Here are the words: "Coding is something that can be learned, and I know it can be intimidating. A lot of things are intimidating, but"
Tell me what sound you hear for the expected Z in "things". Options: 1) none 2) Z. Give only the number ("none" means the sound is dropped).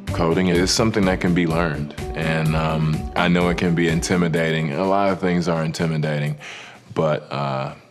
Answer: 2